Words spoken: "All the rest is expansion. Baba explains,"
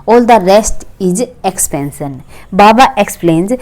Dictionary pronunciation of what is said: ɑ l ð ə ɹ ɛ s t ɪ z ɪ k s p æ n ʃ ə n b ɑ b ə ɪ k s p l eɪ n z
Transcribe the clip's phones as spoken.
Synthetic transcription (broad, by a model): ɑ l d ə ɹ ɛ s t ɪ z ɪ k s p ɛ n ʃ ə n b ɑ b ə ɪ k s p l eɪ n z